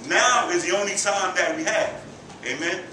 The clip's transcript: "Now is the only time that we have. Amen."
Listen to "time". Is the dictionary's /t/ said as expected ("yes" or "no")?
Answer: no